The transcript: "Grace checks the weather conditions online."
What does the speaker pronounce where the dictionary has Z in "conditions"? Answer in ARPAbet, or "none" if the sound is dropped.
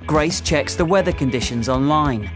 Z